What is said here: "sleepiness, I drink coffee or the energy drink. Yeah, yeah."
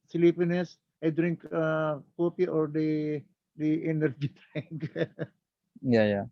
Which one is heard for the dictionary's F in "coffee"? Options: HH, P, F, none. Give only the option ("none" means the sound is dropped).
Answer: P